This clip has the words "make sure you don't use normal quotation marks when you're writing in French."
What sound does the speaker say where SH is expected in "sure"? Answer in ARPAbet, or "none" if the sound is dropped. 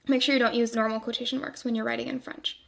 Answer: SH